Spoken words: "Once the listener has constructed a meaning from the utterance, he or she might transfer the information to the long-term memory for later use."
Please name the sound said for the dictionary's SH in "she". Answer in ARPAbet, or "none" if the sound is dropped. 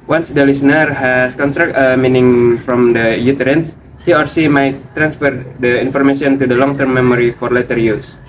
S